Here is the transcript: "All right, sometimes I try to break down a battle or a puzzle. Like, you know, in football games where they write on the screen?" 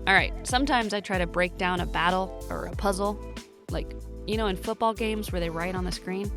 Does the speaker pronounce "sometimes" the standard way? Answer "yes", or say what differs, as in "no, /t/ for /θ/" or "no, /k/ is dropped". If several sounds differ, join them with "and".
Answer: yes